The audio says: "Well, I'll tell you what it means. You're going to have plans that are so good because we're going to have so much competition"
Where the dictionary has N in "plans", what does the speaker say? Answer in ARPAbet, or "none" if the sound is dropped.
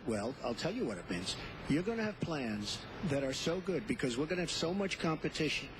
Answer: N